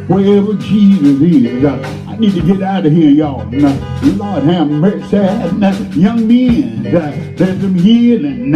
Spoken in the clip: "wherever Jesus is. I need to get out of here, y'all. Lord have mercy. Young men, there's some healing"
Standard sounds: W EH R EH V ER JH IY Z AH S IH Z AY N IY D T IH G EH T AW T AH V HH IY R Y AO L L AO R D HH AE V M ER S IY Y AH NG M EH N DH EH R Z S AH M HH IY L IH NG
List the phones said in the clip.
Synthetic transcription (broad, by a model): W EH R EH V ER JH IY Z AH S IH Z AY N IY D T IH G EH T AW T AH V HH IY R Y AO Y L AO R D HH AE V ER S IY Y AH NG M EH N DH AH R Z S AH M HH IY L IH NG